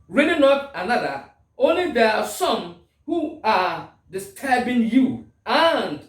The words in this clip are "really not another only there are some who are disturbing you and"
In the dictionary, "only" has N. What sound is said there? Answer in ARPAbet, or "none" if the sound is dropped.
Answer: N